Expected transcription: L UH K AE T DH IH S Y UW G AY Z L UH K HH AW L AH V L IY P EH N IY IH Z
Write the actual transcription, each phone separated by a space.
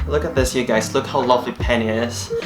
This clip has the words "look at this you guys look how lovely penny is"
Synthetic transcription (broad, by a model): L UH K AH T DH IH S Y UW G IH S L UH K HH AW L AH V L IY P EH N IY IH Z